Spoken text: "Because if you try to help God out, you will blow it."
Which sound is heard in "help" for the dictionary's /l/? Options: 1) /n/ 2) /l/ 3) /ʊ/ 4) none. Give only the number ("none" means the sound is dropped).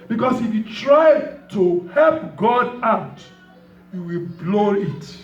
2